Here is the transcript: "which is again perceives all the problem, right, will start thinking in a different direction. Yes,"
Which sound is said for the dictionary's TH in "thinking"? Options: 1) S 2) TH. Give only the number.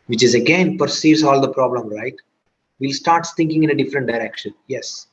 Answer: 1